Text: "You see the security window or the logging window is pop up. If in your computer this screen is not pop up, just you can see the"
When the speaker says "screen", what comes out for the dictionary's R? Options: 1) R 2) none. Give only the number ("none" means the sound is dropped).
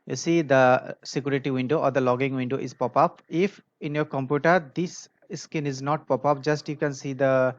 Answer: 2